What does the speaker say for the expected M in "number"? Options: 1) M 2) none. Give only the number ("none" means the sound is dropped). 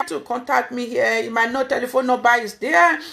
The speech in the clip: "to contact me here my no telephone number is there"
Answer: 2